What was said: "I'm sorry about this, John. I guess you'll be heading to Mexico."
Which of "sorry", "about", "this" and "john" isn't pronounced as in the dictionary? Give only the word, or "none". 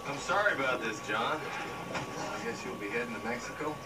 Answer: none